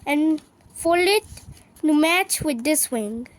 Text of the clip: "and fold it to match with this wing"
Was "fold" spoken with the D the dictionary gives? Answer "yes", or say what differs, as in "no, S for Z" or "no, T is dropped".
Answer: no, D is dropped